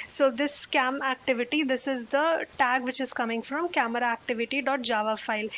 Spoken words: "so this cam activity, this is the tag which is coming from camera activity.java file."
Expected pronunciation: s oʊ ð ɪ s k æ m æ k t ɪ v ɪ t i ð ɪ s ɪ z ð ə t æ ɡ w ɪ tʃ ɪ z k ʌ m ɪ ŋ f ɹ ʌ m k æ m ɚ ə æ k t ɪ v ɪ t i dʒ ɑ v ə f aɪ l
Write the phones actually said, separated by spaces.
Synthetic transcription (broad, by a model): s oʊ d ɪ s k æ m æ k t ɪ v ɪ t i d ɪ s ɪ z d ə t æ ɡ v ɪ tʃ ɪ z k ʌ m ɪ ŋ f ɹ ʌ m k æ m ɚ ə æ k t ɪ v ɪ t i dʒ ɑ v ə f aɪ l